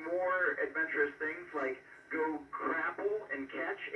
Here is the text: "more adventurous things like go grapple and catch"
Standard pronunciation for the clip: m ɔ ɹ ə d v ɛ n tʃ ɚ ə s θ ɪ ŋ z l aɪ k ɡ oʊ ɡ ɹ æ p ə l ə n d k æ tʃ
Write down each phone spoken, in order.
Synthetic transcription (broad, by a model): m ɔ ɹ ə d v ɛ n tʃ ɚ ə s θ ɪ ŋ z l aɪ k ɡ oʊ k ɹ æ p l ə n k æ tʃ